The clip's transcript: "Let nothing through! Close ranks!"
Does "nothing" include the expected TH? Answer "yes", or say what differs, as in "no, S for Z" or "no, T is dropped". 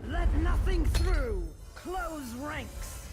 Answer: yes